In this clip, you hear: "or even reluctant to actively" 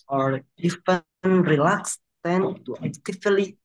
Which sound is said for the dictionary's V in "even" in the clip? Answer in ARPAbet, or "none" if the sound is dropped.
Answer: F